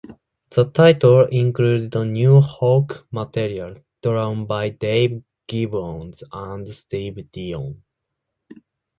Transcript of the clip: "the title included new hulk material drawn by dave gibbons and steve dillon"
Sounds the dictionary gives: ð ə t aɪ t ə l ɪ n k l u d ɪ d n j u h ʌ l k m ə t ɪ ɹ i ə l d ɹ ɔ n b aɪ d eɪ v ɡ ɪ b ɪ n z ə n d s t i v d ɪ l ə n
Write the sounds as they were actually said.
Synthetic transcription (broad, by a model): ð ə t aɪ t ə l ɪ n k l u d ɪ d n j u h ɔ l k m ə t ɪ ɹ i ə l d ɹ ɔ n b aɪ d eɪ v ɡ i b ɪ n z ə n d s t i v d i ə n